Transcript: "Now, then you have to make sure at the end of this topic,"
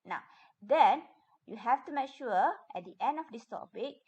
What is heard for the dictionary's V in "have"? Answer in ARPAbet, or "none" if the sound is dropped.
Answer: F